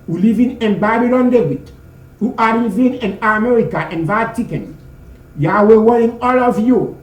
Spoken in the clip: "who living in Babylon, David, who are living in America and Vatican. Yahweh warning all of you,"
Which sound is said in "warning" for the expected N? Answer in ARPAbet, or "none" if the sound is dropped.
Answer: none